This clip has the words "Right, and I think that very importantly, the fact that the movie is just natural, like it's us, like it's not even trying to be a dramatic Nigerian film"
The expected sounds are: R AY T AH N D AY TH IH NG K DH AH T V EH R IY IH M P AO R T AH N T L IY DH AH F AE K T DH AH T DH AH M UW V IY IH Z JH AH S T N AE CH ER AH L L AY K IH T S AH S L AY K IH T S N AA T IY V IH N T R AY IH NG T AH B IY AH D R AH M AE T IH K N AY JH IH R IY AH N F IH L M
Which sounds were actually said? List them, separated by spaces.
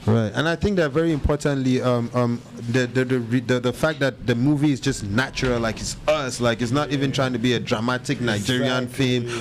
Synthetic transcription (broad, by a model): R AY T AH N AY TH IH NG K DH AH T V EH R IY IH M P AO R T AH N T L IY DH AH F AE K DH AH T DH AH M UW V IY IH Z JH AH S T N AE CH ER AH L L AY K IH T S AH S L AY K IH T S N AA T IY V IH N T R AY IH NG T AH B IY AH D R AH M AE T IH K N AY JH IH R IY AH N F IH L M